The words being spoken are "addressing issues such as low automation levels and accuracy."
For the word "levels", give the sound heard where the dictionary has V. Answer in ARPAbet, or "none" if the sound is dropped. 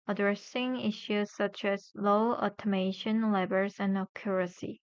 B